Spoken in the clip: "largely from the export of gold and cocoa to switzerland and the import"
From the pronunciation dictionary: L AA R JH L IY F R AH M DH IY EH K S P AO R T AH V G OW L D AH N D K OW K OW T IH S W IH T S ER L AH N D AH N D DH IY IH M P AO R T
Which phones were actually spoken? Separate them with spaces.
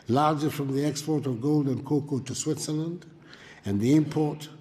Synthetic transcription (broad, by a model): L AA R JH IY F R AH M DH IY EH K S P AO R T AH V G OW L D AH N K OW K OW T IH S W IH T S ER L AH N D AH N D DH IY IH M P AO R T